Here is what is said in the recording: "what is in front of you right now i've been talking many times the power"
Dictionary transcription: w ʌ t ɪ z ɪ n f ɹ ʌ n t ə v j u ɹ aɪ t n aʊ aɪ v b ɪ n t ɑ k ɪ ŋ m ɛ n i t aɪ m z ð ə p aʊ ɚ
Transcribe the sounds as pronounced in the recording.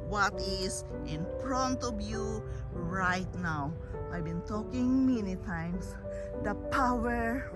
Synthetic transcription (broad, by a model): w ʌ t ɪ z ɪ n p ɹ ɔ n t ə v j u ɹ aɪ t n aʊ aɪ b ɪ n t ɑ k ɪ ŋ m ɛ n i t aɪ m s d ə p aʊ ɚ